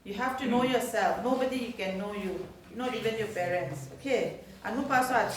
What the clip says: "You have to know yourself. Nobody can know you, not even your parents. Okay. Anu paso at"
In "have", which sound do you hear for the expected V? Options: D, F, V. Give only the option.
F